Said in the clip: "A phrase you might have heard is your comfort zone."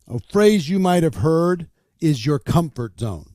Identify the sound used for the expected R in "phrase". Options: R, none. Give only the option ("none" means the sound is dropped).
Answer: R